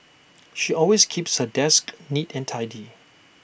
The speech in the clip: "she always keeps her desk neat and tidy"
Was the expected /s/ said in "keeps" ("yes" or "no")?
yes